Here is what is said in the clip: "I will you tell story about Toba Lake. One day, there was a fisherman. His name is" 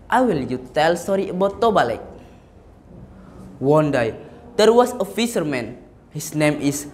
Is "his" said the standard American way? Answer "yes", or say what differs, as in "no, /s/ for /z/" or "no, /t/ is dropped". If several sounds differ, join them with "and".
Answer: no, /s/ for /z/